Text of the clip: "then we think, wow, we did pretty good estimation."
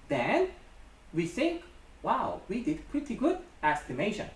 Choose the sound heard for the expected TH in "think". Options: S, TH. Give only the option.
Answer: TH